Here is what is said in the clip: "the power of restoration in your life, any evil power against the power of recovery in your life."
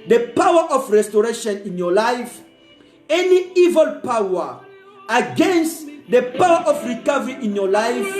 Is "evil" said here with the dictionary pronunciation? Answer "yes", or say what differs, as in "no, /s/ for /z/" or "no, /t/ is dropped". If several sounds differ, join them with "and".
yes